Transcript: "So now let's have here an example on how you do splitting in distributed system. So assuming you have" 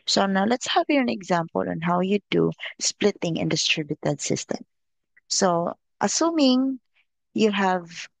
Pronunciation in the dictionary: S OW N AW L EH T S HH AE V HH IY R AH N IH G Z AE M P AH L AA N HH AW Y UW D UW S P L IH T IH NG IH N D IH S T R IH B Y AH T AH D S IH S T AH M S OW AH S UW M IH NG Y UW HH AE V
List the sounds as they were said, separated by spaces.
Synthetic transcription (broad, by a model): S OW N AW L EH T S HH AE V HH IY R AH N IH G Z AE M P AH L AA N HH AW Y UW D UW S P L IH T IH NG IH N D IH S T R IH B Y AH T AH D S IH S T AH M S OW AH S UW M IH NG Y UW HH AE V